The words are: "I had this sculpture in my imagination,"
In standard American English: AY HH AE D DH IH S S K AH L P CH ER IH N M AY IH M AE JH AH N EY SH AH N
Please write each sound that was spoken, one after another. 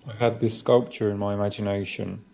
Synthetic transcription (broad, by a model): AY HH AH D DH IH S S K AH L P CH ER IH N M AY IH M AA JH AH N EY SH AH N